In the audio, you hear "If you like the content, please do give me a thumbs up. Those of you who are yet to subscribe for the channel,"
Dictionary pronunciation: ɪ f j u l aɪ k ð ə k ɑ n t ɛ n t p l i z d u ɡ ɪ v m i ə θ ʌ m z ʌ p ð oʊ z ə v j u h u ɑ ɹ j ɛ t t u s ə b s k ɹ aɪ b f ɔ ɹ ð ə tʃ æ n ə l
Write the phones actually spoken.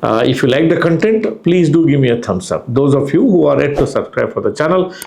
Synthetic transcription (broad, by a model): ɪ f j u l aɪ k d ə k ɑ n t ɛ n t p l i z d u ɡ ɪ v m i ə t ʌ m s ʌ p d oʊ z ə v j u h u ɑ ɹ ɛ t t u s ə b s k ɹ aɪ b f ɔ ɹ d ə tʃ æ n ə l